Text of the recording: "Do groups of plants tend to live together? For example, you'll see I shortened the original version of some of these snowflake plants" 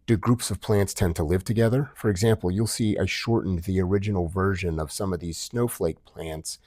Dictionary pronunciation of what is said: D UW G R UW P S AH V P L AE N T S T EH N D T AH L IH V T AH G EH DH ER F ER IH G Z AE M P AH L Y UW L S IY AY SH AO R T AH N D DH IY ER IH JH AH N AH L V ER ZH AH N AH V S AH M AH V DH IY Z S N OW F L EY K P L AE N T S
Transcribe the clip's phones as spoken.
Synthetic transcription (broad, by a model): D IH G R UW P S AH V P L AE N T S T EH N T AH L IH V T AH G EH DH ER F ER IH G Z AE M P L Y UW L S IY AY SH AO R T N DH IY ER IH JH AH N L V ER ZH AH N AH V S AH M AH V DH IY Z S N OW F L EY K P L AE N T S